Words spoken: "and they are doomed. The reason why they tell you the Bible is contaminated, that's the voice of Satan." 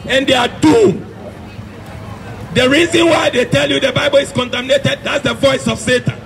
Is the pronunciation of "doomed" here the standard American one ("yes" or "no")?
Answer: no